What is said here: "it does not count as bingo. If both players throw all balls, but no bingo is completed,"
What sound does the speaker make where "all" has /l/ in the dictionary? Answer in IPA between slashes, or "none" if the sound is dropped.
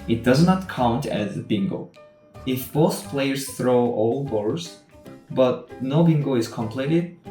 /l/